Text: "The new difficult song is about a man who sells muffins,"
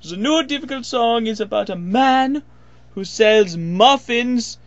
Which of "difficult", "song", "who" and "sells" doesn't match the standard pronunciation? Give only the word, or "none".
none